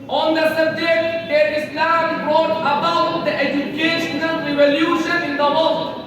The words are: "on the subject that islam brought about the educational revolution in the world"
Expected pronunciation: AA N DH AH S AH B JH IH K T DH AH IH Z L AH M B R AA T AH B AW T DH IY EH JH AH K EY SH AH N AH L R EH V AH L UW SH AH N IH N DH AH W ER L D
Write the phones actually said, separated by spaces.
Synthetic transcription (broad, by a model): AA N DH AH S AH JH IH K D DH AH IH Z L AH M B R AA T AH B AW T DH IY EH JH AH K EY SH AH N AH L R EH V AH L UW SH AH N IH N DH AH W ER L